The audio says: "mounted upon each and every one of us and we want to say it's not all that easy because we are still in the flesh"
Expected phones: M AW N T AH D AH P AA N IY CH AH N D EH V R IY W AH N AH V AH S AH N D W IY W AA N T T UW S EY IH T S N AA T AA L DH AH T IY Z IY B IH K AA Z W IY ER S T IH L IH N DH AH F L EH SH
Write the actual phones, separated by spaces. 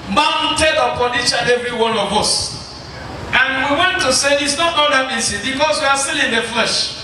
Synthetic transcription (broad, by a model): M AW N T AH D AH P AA N IY CH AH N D EH V R IY W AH N AH V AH S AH N W IY W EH N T T UW S EY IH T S N AA T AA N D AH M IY S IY B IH K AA S W IY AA S T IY L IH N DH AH F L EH SH